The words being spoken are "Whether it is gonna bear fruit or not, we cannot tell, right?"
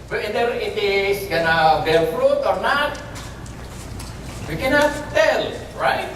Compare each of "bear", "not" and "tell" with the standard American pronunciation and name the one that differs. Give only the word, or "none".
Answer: bear